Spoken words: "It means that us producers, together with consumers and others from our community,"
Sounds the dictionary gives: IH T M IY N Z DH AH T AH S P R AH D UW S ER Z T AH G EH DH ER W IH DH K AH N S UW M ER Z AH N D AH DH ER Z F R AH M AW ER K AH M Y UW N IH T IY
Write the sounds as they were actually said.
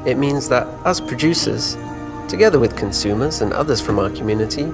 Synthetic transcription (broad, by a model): IH T M IY N Z DH AH T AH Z P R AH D UW S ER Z T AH G EH DH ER W IH DH K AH N S UW M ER Z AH N AH DH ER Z F R AH M AW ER K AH M Y UW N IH T IY